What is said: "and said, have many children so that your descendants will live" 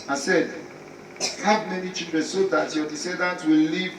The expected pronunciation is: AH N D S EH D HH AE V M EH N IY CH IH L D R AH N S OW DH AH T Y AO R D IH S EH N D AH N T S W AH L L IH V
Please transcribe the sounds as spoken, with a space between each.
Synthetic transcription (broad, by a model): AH S EH D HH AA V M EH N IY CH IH D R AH S OW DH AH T Y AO D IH S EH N D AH N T W AH L L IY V